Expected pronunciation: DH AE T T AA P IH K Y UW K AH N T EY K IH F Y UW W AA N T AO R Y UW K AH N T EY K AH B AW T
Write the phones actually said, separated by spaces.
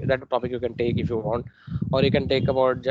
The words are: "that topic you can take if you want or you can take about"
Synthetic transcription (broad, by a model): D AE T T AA B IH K Y UW K AH N T EY K IH F Y UW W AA N T AO R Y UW K AH N T EY K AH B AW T